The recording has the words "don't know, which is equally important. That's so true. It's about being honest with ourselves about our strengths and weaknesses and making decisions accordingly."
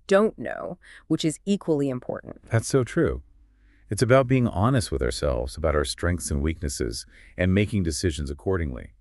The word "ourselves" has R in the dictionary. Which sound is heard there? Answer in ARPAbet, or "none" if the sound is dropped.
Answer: R